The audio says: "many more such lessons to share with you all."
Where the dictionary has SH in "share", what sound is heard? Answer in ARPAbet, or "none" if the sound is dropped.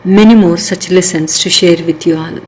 SH